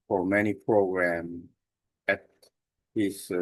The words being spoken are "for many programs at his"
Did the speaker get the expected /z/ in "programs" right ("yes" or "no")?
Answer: no